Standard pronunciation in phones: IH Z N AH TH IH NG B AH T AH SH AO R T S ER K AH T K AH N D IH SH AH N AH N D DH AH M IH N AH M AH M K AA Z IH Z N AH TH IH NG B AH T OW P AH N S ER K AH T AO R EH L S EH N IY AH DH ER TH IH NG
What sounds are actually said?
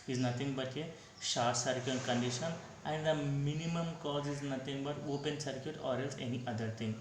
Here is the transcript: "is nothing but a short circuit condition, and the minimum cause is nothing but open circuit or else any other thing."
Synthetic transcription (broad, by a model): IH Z N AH T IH NG B AH T AH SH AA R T S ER K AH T K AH N D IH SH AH N AH N D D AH M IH N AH M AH M K AA Z IH Z N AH T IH NG B AH T OW P AH N S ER K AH T AO R EH L S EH N IY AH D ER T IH NG